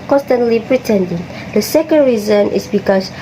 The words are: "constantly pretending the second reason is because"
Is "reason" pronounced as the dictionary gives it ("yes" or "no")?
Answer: yes